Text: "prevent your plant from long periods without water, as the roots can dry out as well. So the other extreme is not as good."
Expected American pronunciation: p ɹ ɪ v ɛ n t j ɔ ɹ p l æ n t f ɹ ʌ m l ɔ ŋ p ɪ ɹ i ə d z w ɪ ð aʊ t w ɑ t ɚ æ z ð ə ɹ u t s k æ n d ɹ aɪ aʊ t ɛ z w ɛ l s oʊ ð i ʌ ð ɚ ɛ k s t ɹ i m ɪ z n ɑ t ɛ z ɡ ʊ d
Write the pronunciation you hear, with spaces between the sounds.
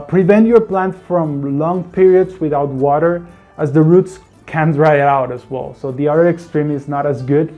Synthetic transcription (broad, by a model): p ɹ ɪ v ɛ n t j ɔ ɹ p l æ n t f ɹ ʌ m l ɔ ŋ p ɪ ɹ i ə d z w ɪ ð aʊ t w ɑ t ɚ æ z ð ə ɹ u t s k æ n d ɹ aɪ aʊ t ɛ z w ɛ l s oʊ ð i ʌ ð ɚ ɛ k s t ɹ i m ɪ z n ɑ t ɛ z ɡ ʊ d